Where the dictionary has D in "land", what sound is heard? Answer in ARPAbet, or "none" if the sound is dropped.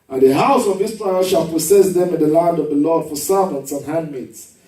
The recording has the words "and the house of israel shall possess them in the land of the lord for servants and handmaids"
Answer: D